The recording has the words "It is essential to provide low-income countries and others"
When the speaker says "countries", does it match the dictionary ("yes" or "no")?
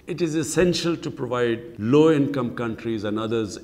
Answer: yes